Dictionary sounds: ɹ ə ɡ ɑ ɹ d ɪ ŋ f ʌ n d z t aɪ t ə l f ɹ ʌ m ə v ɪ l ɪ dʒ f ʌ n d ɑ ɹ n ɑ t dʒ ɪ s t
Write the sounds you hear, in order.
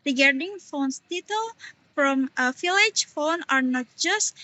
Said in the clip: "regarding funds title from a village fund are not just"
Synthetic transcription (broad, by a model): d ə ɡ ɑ ɹ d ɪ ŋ f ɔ n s t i t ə l f ɹ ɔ m ə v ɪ l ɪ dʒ f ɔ n ɑ ɹ n ɑ t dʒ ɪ s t